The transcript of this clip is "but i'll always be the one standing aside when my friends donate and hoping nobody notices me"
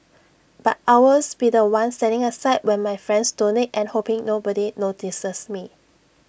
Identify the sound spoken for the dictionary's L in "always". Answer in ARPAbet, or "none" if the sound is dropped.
none